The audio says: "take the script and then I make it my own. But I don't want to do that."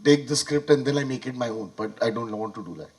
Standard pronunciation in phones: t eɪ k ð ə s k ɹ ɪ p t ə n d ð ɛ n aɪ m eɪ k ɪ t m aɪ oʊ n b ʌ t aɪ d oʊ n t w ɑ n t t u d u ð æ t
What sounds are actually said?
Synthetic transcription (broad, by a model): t eɪ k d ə s k ɹ ɪ p t ə n d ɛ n aɪ m eɪ k ɪ t m aɪ oʊ n b ʌ t aɪ d oʊ n t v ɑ n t t u d u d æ t